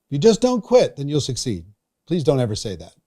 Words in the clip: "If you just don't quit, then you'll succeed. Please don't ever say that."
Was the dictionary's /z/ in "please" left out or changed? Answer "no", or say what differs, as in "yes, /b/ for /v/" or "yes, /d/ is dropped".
no